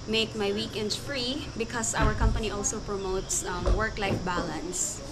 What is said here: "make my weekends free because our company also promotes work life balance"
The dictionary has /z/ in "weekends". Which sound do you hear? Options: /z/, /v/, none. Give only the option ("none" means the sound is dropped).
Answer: none